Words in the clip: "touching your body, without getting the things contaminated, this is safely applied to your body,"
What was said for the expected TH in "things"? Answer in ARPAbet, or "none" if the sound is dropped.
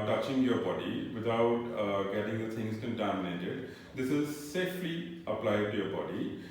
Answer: T